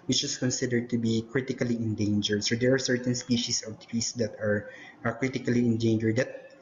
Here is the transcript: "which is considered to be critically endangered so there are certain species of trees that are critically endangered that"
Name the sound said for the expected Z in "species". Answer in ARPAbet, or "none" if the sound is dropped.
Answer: S